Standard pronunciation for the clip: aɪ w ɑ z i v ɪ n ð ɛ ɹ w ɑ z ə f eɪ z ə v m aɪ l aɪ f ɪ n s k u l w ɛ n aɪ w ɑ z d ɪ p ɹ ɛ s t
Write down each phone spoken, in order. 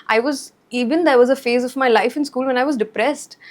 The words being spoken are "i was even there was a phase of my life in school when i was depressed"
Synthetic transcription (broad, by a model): aɪ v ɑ z i v ɪ n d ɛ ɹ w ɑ z ə f eɪ z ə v m aɪ l aɪ f ɪ n s k u l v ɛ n aɪ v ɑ z d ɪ p ɹ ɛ s t